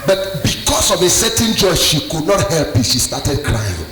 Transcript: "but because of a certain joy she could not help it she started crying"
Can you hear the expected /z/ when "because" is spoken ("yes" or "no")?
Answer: no